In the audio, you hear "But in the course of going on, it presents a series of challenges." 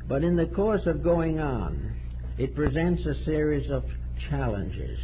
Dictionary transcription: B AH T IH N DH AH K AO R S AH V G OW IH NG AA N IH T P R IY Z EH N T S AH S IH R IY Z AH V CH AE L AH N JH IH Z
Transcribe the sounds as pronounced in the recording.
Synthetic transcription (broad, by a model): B AH T IH N DH AH K AO R S AH V G OW IH NG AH N IH T P R IY Z EH N T S AH S IH R IY Z AH V CH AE L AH N JH IH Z